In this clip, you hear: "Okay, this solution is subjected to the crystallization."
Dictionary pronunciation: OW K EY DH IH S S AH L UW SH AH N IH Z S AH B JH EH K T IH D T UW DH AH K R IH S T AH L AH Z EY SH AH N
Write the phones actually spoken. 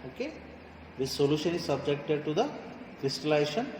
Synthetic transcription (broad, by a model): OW K EY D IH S S AH L UW SH AH N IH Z S AH B JH EH K T IH D T UW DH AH K R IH S T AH L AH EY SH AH N